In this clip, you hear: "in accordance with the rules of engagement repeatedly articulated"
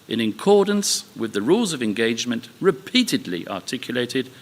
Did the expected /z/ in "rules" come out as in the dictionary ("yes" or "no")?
yes